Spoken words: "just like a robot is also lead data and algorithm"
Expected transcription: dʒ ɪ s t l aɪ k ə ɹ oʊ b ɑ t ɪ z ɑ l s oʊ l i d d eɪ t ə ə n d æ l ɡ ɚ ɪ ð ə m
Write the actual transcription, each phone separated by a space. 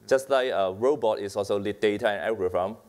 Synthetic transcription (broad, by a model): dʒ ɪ s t l aɪ k ə ɹ oʊ b ɑ t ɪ s ɑ l s oʊ l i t d eɪ t ə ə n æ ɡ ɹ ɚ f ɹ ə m